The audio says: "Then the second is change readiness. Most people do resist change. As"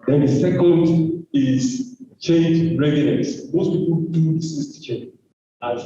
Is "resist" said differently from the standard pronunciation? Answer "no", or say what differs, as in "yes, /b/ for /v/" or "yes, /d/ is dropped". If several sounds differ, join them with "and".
yes, /s/ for /z/